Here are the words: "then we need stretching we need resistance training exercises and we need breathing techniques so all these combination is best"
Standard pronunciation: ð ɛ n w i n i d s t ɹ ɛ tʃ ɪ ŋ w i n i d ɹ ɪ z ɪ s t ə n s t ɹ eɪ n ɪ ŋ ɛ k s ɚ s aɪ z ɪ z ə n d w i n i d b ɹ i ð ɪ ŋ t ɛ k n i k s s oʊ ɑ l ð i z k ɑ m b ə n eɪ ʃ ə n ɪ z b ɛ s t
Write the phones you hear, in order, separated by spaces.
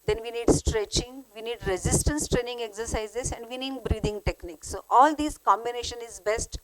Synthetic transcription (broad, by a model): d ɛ n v i n i d s t ɹ ɛ tʃ ɪ ŋ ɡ i n i d ɹ ɪ z ɪ s t ə n s t ɹ eɪ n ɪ ŋ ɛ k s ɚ s aɪ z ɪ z ə n d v i n i d b ɹ i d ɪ ŋ t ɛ k n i k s s oʊ ɑ l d i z k ɑ m b ə n eɪ ʃ ə n ɪ z b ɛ s t